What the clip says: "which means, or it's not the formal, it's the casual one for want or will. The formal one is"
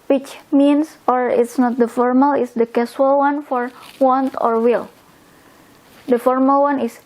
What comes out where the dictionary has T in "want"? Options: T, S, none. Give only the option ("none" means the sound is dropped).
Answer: T